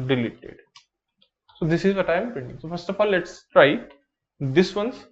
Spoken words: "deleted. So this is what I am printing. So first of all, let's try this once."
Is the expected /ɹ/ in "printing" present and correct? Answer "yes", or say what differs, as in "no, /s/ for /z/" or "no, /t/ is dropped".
no, /ɹ/ is dropped